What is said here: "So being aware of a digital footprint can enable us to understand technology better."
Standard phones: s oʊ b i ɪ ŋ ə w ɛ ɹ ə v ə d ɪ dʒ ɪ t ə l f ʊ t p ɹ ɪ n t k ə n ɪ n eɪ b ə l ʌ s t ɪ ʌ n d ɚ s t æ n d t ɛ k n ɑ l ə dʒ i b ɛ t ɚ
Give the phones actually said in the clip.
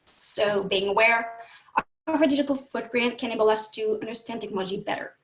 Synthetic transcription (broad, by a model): s oʊ b i ɪ ŋ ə w ɛ ɹ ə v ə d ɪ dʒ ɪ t l f ʊ t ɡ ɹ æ n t k ə n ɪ ɪ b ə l ʌ s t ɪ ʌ n d ɚ s t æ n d t ɛ k n ɑ l ə dʒ i b ɛ t ɚ